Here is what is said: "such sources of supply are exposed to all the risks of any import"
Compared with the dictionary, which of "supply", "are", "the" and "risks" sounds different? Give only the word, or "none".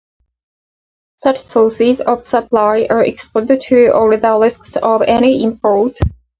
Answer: risks